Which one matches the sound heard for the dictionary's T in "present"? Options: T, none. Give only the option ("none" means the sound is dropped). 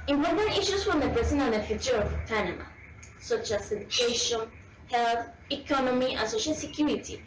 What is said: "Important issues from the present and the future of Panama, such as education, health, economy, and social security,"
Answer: none